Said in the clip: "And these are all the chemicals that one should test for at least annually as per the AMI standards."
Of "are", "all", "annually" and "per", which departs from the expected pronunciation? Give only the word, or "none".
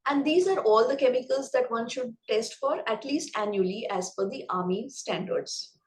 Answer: per